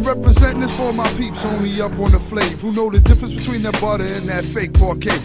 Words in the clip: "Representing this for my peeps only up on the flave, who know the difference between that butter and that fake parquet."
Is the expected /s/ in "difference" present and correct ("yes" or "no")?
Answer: yes